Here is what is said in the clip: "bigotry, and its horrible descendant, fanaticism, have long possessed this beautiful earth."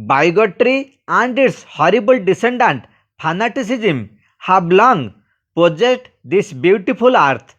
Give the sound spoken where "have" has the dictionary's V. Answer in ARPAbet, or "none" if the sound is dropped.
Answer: B